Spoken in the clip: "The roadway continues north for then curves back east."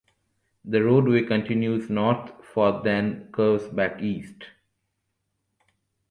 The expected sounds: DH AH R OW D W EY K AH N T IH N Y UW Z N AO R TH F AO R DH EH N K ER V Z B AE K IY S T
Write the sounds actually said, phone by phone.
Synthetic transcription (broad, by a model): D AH R OW D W EY K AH N T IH N Y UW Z N AO R T F AO R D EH N K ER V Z B AE K IY S T